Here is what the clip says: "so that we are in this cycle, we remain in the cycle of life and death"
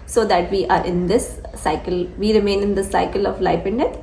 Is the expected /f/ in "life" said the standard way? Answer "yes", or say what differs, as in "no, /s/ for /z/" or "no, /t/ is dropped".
no, /p/ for /f/